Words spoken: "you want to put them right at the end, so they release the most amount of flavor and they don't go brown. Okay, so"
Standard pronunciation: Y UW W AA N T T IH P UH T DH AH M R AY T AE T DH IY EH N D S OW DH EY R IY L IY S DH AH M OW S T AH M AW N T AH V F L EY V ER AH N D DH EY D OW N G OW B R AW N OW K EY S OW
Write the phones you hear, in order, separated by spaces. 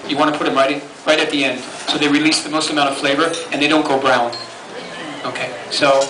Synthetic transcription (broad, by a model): Y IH W AA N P T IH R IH T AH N R AY T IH T DH IY EH N D S OW DH EY R IY L IY S DH AH M OW S T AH M AW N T AH V F L EY V ER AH N DH EY D OW N G OW B R AW N OW K EY S OW